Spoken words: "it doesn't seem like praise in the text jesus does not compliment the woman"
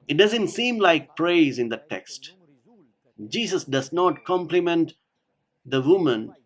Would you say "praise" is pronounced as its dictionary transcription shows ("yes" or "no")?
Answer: yes